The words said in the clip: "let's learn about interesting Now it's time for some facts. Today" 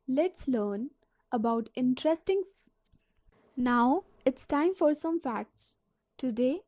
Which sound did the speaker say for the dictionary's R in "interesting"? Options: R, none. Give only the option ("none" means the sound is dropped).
R